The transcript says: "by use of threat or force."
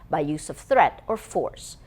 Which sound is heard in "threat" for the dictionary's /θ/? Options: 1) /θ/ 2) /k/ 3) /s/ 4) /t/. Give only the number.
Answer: 1